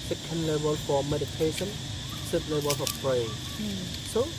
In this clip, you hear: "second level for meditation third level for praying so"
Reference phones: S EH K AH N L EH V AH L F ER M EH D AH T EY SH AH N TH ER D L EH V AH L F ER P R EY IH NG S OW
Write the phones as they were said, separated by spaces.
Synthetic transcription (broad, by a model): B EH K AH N L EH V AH L F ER M EH D AH T EY SH AH N S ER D L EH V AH L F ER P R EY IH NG S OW